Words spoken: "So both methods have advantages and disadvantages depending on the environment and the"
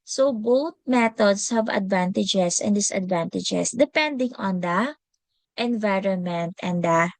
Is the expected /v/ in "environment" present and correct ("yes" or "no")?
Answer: yes